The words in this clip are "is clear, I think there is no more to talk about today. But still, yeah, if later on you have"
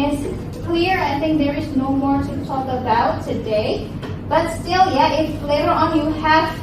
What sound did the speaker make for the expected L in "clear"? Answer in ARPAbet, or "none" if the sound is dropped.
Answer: W